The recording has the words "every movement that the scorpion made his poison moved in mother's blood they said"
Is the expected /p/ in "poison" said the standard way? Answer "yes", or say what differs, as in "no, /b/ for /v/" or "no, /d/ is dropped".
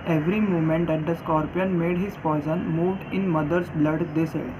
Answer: no, /f/ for /p/